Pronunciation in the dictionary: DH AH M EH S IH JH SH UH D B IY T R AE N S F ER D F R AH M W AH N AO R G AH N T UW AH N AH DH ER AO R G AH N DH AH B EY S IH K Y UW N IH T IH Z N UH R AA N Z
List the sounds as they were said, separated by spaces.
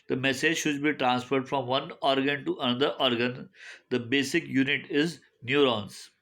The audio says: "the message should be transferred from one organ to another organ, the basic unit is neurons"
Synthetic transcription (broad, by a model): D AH M EH S IH JH SH UH D B IY T R AE N S F ER D F R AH M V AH N AO R G AH N T UW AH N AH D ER AO R G AH N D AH B EY S IH K Y UW N IH T IH Z N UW R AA N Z